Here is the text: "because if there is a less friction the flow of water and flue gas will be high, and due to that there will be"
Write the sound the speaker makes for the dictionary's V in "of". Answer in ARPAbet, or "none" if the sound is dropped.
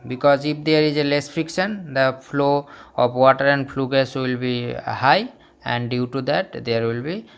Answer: P